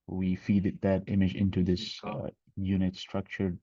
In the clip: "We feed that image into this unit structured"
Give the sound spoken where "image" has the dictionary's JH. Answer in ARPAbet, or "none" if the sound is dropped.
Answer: JH